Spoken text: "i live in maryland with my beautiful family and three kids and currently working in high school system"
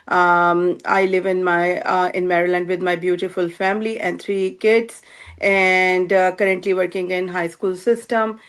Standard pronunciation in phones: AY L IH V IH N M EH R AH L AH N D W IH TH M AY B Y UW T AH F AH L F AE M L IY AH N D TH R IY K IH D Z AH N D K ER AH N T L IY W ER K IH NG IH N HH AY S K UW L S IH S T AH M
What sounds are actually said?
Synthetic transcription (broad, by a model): AY L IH V IH N M EH R AH L AH N D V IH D M AY B Y UW T AH F AH L F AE M L IY AH N D T R IY K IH D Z AH N D K ER AH N T L IY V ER K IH NG IH N HH AY S K UW L S IH S T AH M